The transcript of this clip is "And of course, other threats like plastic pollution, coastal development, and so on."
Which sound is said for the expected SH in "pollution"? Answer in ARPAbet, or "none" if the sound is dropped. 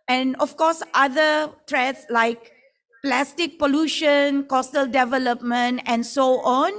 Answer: SH